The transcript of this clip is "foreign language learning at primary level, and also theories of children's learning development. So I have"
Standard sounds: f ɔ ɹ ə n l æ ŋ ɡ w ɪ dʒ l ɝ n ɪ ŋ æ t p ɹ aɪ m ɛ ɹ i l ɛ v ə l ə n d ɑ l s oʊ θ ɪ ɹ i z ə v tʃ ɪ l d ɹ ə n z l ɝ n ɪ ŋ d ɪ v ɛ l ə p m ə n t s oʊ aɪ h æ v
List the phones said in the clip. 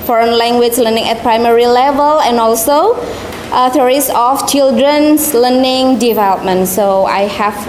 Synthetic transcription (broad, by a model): f ɔ ɹ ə n l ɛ ŋ ɡ w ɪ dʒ l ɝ n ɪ ŋ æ t p ɹ aɪ m ɛ ɹ i l ɛ v ə l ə n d ɑ l s oʊ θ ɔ ɹ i s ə f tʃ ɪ l d ɹ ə n s l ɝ n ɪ ŋ d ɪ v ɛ l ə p m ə n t s oʊ aɪ h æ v